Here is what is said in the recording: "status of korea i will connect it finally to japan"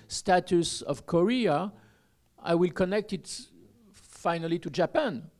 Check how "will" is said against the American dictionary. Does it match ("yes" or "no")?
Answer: yes